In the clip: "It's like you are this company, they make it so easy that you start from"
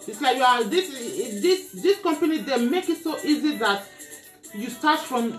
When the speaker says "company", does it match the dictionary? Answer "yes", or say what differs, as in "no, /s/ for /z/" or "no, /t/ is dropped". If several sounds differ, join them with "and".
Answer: yes